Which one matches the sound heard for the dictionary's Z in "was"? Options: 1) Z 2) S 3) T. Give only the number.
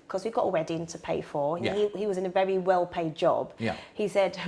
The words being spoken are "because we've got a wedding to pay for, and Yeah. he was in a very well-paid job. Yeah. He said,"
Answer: 1